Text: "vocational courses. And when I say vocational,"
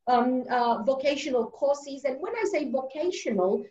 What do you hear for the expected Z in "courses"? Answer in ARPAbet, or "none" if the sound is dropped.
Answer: Z